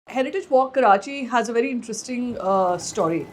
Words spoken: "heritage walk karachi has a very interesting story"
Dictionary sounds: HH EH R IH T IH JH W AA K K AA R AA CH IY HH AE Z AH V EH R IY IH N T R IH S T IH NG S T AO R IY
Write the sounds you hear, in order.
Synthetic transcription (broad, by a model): HH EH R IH T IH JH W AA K K AA R AA CH IY HH AE Z AH V EH R IY IH N T R IH S T IH NG S T AO R IY